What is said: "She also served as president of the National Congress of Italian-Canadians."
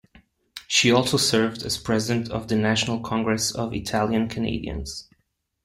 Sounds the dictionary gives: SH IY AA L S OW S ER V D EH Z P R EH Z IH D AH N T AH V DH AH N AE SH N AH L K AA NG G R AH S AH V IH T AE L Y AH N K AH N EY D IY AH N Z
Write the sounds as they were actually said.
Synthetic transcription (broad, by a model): SH IY AA L S OW S ER V D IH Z P R EH Z IH D AH N T AH V DH AH N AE SH N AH L K AA NG G R AH S AH V IH T AE L Y AH N K AH N EY D IY AH N Z